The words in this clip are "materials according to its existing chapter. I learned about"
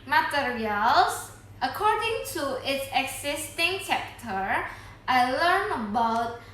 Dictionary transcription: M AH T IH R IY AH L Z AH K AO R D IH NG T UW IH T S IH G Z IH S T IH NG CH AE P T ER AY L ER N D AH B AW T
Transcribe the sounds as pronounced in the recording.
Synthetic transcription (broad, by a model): M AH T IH R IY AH L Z AH K AO R D IH NG T UW IH T S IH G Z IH S T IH NG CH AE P T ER AY L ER N AH B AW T